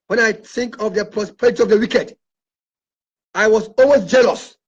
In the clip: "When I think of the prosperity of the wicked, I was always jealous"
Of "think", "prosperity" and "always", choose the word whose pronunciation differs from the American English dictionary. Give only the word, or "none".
always